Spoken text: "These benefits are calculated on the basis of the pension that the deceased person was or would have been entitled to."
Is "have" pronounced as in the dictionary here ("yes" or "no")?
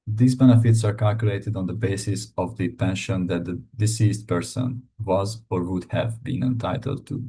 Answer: yes